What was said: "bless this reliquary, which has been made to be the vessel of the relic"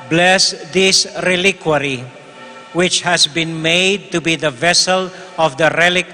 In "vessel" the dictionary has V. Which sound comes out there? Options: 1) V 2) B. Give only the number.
1